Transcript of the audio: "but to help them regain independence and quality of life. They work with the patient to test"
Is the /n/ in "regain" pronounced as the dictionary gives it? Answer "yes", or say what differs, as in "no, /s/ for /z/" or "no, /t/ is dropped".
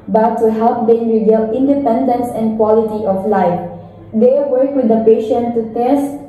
no, /l/ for /n/